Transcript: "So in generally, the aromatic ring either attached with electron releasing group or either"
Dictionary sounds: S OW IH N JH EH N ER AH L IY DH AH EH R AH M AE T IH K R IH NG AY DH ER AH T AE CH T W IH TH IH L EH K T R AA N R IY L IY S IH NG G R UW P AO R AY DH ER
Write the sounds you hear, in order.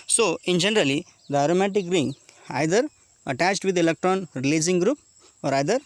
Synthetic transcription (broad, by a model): S OW IH N JH EH N ER AH L IY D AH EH R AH M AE T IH K R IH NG AY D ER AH T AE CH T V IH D IH L EH K T R AA N R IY L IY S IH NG G R UW P AO R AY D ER